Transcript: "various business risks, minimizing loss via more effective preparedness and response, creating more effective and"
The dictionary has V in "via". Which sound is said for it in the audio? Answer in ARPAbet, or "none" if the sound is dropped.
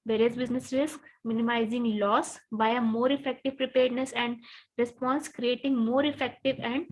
B